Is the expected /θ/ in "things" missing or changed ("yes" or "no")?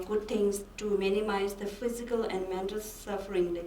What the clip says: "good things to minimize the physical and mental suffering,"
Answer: yes